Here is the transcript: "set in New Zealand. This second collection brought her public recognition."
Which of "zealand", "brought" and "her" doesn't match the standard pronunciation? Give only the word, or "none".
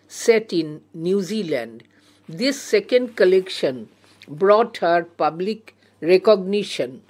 none